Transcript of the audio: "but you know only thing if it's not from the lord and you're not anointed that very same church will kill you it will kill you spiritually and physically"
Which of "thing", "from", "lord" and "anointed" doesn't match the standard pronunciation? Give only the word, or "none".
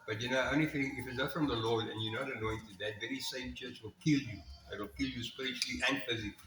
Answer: thing